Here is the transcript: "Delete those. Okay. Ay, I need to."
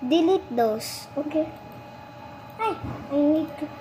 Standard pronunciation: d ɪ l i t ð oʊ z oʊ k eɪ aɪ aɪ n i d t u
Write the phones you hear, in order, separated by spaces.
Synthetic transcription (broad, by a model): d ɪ l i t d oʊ s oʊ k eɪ aɪ aɪ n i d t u